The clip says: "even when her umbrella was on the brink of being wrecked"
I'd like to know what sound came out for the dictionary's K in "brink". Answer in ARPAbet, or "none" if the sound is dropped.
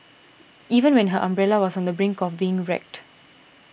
K